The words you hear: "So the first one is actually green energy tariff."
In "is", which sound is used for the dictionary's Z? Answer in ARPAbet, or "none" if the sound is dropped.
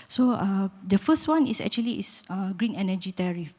S